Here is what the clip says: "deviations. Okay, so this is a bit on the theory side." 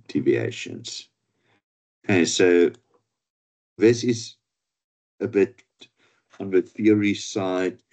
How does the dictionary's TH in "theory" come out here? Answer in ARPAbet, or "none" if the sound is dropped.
TH